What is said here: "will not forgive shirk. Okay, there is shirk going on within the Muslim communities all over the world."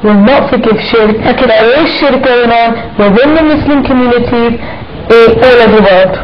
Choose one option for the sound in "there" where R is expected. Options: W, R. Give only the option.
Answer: W